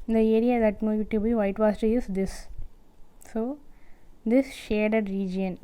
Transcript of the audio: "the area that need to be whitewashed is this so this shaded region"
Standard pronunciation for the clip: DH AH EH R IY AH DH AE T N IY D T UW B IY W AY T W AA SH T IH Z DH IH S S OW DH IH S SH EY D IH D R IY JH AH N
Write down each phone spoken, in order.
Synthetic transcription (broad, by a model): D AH EH R IY AH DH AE T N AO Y T UW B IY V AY T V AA S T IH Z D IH S S OW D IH S SH EY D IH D R IY JH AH N